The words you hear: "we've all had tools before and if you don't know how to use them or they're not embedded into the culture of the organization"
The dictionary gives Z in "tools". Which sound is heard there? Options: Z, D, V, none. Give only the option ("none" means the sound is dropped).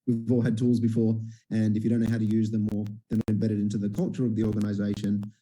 Z